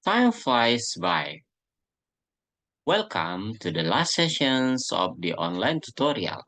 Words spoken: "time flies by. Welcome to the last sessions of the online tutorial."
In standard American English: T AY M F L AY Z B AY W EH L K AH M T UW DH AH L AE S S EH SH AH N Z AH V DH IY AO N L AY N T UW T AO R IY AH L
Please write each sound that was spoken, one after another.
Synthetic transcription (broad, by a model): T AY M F AY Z B AY W EH L K AH M T UW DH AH L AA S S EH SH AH N S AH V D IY AO N L AY N T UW T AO R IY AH L